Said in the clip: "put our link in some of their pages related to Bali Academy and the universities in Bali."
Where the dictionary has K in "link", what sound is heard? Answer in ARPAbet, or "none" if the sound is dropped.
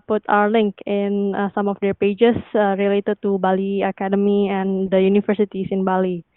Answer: K